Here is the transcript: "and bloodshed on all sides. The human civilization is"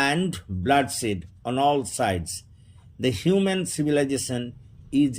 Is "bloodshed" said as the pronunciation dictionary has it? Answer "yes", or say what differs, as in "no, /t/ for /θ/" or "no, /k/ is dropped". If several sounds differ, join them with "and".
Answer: no, /s/ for /ʃ/